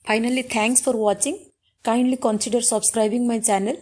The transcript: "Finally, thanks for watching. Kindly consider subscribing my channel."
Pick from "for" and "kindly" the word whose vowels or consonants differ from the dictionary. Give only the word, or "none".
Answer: none